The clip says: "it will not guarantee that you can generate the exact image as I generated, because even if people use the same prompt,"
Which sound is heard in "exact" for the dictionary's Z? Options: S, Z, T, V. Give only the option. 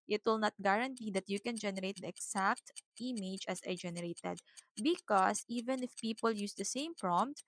S